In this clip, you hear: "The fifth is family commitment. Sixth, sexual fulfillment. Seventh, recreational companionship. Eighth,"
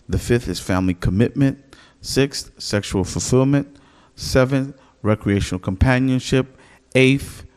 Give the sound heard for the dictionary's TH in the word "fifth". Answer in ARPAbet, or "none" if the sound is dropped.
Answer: TH